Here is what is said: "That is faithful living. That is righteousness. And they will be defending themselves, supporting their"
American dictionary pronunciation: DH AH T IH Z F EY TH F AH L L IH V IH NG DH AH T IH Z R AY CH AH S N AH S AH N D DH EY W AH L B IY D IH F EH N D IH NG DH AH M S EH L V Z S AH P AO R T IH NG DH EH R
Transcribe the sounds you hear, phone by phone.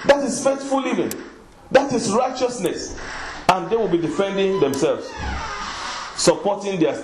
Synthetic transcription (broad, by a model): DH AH T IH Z F EY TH F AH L L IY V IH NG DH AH T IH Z R AY CH AH S N AH S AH N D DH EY W AH L B IY D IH F EH N D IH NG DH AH M S EH L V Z S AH P AO T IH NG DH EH